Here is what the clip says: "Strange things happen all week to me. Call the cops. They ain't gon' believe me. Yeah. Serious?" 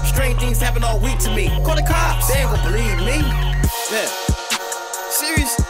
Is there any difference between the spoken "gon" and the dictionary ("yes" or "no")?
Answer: yes